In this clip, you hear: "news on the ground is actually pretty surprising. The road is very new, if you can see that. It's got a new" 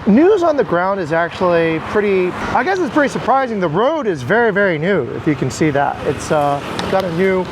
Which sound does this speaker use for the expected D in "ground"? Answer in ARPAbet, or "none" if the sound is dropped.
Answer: D